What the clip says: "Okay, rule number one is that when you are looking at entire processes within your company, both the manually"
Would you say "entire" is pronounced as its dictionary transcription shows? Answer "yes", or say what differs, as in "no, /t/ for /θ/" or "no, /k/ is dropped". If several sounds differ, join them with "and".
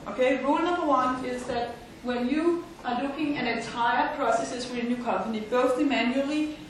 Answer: yes